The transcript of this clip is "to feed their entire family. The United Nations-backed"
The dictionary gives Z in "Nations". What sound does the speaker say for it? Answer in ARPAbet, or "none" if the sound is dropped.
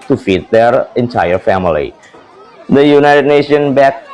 none